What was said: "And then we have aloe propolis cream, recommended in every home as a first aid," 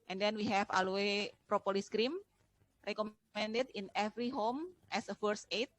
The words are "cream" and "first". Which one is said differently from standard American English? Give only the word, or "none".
first